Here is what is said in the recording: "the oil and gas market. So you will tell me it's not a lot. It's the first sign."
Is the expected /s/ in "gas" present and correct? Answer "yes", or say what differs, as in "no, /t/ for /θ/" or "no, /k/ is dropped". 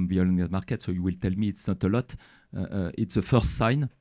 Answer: no, /s/ is dropped